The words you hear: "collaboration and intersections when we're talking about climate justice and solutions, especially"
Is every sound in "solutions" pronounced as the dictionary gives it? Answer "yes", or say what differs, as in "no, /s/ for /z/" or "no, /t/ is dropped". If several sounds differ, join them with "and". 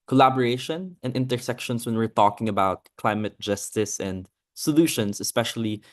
no, /s/ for /z/